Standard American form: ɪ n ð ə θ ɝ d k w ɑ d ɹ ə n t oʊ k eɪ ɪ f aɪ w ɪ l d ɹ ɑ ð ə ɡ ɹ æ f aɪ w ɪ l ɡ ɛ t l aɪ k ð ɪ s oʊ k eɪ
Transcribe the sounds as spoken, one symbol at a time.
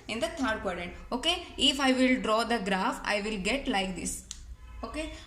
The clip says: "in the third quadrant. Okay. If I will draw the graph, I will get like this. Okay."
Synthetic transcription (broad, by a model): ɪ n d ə t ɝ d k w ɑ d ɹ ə t oʊ k eɪ ɪ f aɪ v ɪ l d ɹ ɑ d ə ɡ ɹ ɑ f aɪ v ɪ l ɡ ɛ t l aɪ k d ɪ s oʊ k eɪ